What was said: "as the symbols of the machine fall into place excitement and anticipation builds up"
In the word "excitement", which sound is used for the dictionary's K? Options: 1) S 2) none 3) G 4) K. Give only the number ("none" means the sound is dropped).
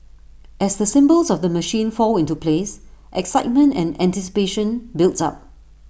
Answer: 4